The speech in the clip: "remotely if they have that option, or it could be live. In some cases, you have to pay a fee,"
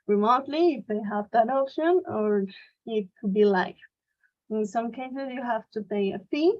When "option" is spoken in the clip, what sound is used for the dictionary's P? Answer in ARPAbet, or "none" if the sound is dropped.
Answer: P